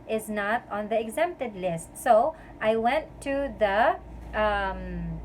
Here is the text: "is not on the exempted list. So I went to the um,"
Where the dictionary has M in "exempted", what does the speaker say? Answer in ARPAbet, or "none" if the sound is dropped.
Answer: M